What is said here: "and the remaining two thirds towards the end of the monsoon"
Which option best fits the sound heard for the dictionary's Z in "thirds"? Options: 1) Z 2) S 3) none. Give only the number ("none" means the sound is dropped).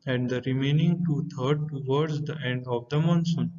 3